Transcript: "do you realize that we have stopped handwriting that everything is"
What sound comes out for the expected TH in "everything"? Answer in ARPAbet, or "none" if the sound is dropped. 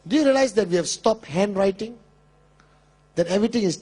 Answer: T